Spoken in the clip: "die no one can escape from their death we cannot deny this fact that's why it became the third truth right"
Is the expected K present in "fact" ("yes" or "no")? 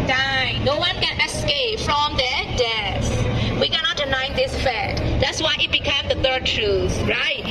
no